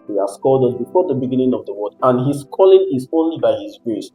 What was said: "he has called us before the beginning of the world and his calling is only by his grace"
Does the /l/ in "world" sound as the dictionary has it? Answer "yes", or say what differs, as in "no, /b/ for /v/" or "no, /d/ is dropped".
no, /l/ is dropped